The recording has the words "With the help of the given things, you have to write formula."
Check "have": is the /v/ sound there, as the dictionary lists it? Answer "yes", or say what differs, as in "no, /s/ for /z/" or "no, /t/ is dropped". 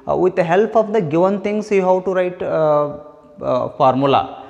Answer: no, /w/ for /v/